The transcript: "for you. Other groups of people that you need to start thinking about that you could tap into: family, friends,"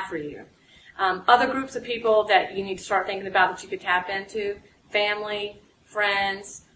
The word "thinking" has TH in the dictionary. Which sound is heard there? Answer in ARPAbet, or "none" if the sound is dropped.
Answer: TH